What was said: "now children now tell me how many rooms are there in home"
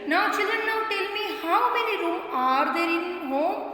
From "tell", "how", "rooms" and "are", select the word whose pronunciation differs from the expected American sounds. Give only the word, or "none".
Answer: rooms